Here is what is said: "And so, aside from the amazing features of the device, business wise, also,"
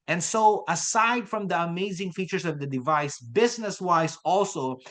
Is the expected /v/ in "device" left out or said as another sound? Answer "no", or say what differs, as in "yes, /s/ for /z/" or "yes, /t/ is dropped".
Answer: no